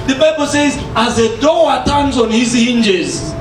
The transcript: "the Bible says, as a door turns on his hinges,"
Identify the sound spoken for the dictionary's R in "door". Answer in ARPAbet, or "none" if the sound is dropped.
W